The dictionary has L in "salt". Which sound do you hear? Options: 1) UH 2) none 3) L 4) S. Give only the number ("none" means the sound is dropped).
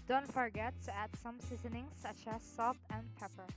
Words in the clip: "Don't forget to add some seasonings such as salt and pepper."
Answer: 2